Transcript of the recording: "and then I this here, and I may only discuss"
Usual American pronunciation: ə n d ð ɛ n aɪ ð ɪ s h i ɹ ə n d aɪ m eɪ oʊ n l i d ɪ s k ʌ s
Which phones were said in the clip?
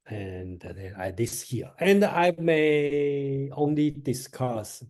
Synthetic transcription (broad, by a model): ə n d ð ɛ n aɪ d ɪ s h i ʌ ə n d aɪ m eɪ oʊ n l i d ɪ s k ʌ s